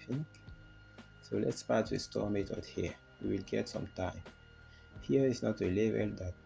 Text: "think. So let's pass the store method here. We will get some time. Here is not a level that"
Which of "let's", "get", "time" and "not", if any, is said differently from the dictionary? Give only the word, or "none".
none